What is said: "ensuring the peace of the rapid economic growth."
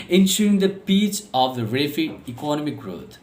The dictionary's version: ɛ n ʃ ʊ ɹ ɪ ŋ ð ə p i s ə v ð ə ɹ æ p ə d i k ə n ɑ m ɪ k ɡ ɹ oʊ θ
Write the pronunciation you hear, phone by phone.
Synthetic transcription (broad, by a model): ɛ n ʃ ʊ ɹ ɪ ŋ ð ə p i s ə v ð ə ɹ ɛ f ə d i k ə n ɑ m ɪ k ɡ ɹ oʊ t